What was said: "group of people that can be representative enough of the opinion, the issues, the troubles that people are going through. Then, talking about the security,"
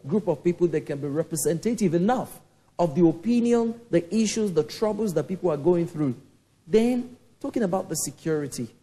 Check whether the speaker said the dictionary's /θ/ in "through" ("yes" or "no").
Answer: yes